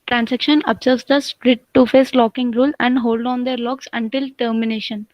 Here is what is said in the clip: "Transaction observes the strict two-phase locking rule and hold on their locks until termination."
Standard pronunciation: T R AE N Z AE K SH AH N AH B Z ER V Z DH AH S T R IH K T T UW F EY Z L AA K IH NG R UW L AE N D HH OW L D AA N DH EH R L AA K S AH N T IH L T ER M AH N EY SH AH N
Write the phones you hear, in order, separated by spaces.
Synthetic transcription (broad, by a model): T R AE N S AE K SH AH N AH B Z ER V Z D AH S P R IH T T UW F EY S L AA K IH NG R UW L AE N D HH OW L D AA N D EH R L AA K S AH N T IH L T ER M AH N EY SH AH N